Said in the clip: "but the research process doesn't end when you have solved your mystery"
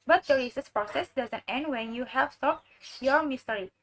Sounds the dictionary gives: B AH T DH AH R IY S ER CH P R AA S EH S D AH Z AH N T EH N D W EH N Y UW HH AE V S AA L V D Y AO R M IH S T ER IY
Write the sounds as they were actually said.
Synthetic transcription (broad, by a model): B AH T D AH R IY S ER S P R AA S EH S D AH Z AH N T EH N D W EH N Y UW HH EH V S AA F Y AO R M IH S T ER IY